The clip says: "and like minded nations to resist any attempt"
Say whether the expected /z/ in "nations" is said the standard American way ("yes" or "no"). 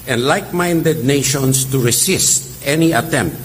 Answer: no